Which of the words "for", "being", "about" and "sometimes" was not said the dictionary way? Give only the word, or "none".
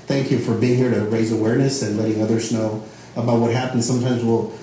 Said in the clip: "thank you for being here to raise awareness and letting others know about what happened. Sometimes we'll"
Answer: none